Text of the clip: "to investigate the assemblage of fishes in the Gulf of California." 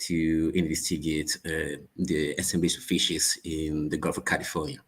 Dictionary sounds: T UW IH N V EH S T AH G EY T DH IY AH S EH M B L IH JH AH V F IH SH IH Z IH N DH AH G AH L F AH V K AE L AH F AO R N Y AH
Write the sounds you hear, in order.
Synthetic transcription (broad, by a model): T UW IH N IY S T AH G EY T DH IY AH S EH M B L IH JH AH F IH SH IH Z IH N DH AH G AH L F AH K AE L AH F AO N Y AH